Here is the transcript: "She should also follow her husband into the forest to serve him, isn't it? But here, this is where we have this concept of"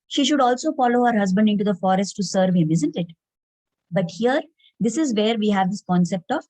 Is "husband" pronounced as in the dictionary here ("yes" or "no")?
yes